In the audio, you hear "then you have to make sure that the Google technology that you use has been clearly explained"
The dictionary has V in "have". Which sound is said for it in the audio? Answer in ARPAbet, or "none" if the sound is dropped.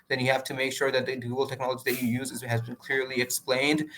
F